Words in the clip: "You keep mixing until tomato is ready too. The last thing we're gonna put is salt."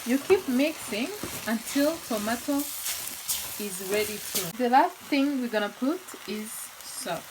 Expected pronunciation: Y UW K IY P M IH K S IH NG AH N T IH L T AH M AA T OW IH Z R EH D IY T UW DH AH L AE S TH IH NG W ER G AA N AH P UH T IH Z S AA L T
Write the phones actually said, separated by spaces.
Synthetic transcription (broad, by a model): Y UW K IY P M IH K S IH NG AH N T IH L T AH M AA T OW IH Z R EH D IY T UW DH AH L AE S TH IH NG W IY G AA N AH P UH T IH Z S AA